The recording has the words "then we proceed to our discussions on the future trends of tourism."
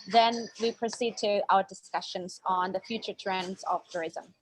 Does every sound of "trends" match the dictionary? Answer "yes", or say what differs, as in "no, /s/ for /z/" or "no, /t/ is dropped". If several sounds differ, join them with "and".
yes